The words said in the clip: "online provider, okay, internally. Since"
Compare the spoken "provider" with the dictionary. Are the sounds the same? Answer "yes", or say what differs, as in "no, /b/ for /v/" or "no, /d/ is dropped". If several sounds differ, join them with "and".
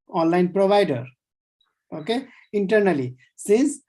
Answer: no, /b/ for /v/